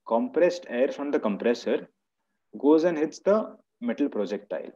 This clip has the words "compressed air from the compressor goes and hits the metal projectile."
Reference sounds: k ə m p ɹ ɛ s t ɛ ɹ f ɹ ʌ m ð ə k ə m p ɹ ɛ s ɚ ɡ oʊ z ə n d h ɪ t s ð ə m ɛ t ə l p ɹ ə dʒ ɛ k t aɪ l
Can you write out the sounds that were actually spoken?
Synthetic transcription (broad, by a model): k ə m p ɹ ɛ s t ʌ ɹ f ɹ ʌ m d ə k ə m p ɹ ɛ s ɚ ɡ oʊ z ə n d h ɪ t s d ə m ɛ t ə l p ɹ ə dʒ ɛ k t aɪ l